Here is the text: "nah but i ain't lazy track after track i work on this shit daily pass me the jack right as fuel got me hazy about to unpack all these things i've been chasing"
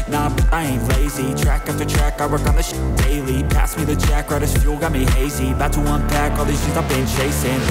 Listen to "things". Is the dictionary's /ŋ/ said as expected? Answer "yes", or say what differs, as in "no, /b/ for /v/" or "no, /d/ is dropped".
no, /ŋ/ is dropped